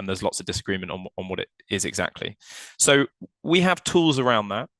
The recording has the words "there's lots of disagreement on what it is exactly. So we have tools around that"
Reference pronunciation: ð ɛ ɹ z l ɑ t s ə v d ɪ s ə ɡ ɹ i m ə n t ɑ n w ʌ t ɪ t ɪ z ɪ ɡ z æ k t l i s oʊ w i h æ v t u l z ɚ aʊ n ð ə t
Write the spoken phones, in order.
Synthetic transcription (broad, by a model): ð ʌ z l ɑ t s ə v d ɪ s ə ɡ ɹ i m ə n t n n w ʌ t ɪ t ɪ z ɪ ɡ z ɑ k t l i s oʊ w i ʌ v t u l z ɚ aʊ n ð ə t